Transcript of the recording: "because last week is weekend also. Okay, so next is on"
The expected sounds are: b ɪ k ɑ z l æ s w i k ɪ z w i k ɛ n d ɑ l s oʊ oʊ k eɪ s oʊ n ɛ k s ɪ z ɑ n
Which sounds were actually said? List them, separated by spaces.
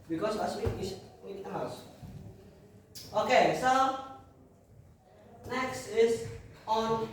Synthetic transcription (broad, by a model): b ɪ k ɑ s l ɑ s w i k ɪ s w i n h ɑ s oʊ oʊ k eɪ s oʊ n ɛ k s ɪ s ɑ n